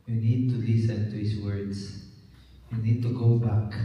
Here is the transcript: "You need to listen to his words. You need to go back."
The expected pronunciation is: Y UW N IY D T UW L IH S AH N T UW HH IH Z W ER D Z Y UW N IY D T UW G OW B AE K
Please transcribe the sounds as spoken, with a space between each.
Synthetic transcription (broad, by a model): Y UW N IY D T UW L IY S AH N T UW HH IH S W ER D S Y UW N IY D T UW G OW B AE K